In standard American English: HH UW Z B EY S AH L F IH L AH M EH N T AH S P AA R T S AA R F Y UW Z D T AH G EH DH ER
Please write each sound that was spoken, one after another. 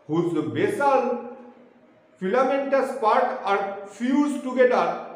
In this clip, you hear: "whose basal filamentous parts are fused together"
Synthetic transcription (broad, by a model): HH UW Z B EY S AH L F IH L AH M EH N T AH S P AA R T AA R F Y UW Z T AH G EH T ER